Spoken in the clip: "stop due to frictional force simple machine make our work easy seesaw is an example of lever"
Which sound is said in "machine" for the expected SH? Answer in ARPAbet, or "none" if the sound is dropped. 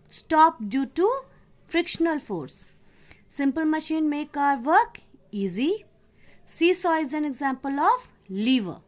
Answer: SH